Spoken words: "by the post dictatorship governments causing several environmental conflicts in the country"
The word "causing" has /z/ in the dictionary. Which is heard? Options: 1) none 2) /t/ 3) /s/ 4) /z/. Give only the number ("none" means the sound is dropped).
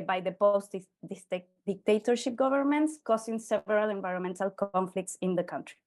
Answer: 3